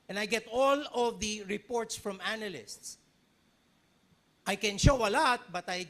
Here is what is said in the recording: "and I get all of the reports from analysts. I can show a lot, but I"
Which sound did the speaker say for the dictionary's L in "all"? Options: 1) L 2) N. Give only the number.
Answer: 1